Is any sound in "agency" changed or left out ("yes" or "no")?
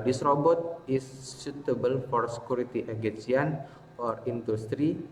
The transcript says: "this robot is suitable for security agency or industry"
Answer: yes